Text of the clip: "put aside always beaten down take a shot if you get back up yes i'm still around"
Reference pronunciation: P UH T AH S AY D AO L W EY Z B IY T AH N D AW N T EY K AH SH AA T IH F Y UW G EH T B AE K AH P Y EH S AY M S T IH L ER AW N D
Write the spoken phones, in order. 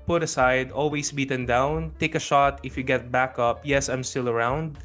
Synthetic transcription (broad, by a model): P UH T AH S AY D AO L W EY S B IY T AH N D AW N T EY K AH SH AA T IH F Y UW G EH T B AE K AH P Y EH S AY M S T IH L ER AW N D